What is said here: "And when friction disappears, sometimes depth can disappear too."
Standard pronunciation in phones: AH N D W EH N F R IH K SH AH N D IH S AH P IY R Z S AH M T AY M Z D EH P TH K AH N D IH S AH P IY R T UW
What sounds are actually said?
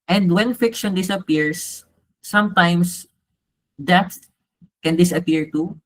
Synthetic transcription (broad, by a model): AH N D W EH N F IH K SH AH N D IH S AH P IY R S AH M T AY M S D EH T K AH N D IH S AH P IY R T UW